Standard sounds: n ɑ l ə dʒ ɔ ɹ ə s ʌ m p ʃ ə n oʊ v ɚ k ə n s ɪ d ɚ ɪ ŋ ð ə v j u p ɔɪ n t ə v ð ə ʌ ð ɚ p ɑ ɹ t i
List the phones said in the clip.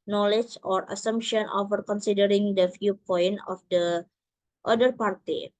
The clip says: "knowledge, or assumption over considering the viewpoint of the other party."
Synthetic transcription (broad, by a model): n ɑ l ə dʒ ɔ ɹ ə s ʌ m p ʃ ə n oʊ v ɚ k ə n s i d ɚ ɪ ŋ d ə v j u p ɔɪ n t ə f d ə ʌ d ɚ p ɑ ɹ t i